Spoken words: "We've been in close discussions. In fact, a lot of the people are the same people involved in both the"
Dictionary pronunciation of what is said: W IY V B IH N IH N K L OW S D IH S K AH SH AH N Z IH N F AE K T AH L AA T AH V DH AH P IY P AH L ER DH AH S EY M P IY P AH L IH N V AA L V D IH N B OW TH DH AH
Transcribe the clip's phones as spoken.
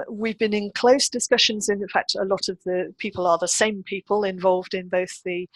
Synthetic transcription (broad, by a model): W IY V B IH N IH N K L OW S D IH S K AH SH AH N Z IH N F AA K T AH L AA T AH V DH AH P IY P AH L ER DH AH S EY M P IY P AH L IH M V AA L V D IH N B OW TH DH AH